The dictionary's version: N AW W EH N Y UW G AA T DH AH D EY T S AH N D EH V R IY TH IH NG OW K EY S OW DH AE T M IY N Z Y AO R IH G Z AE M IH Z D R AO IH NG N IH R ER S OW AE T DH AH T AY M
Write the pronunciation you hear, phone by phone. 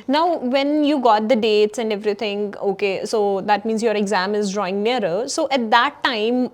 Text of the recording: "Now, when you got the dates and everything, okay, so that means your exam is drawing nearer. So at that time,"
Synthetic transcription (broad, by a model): N AW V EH N Y UW G AA T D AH D EY T S AH N D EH V R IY T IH NG OW K EY S OW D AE T M IY N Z Y AO R IH G Z AE M IH Z D R AO IH NG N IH R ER S OW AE T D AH T AY M